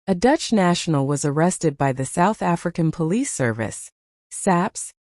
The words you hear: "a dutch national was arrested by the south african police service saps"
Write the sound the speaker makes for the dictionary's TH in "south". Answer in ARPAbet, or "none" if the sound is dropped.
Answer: TH